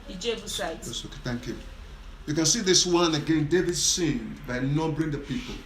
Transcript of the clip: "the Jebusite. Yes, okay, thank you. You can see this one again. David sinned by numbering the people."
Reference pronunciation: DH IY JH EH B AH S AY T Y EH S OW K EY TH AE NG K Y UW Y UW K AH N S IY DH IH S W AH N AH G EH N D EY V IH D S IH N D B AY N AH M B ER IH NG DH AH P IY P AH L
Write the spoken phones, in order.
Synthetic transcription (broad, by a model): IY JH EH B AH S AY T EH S OW K EY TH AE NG K Y UW Y UW K AH N S IY DH IH S W AH N AH G EH N D EY V IH D S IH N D B AY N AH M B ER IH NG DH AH P IY P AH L